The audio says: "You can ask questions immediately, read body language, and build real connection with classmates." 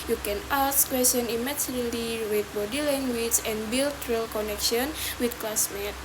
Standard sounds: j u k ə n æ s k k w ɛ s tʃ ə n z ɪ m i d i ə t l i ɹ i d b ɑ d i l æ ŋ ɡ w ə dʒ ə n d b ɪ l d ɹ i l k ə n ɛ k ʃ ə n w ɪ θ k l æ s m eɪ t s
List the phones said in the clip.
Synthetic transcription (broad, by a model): j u k ə n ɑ s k k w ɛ s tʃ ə n ɪ m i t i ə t l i w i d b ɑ d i l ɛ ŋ ɡ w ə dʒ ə n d b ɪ l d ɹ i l k ə n ɛ k ʃ ə n w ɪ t k l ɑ s m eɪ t